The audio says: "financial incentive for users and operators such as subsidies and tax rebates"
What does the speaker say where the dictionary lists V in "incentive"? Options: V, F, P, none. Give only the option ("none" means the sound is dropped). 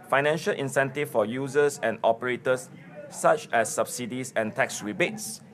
F